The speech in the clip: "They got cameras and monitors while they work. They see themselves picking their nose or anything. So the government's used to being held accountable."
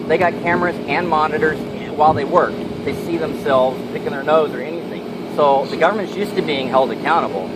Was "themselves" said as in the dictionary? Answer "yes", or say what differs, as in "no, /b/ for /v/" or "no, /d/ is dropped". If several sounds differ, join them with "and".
yes